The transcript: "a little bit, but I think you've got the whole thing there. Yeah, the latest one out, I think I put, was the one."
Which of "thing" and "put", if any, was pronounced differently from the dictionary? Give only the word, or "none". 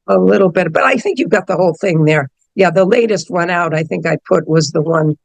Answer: none